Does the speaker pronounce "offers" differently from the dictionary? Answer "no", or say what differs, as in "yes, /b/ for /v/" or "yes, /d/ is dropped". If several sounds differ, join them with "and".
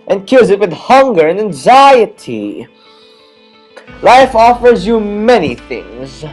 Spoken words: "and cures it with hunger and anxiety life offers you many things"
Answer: no